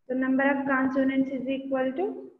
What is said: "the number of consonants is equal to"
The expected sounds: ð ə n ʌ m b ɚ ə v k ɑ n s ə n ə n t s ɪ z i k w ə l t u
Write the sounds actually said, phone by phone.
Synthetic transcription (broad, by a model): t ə n ʌ m b ɚ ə p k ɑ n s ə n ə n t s ɪ z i k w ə l t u